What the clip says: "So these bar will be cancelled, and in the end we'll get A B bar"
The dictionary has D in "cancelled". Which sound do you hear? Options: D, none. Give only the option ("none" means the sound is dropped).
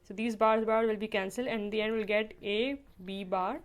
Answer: none